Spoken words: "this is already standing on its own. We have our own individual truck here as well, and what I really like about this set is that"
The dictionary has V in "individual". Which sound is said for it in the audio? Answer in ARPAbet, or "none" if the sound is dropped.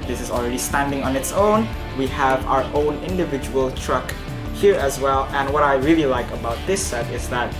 V